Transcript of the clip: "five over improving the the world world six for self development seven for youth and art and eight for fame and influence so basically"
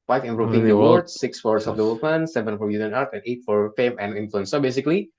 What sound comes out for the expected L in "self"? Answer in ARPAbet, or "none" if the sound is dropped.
none